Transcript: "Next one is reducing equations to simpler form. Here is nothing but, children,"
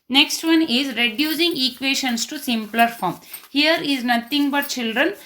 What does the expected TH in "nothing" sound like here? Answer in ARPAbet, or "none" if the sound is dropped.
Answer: T